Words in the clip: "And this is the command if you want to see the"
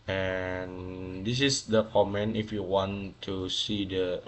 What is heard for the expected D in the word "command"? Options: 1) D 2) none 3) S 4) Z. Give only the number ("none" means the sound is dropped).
2